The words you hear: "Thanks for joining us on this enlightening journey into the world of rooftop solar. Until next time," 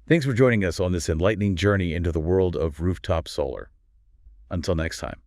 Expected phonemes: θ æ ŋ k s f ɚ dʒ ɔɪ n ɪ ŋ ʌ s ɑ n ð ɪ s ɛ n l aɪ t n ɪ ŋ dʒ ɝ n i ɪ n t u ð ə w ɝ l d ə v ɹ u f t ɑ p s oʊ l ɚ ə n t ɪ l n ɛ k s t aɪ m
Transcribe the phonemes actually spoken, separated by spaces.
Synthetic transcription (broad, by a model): θ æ ŋ k s f ɚ dʒ ɔɪ n ɪ ŋ ʌ s n ð ɪ s ɛ n l aɪ t n ɪ ŋ dʒ ɝ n i ɪ n t u ð ə w ɝ l d ə v ɹ u f t ɑ p s oʊ l ɚ ə n t ɪ l n ɛ k s t aɪ m